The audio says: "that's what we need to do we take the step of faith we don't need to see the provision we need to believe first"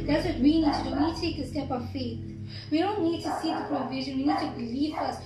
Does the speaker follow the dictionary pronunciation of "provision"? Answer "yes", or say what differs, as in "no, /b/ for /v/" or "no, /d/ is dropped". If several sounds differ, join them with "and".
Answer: yes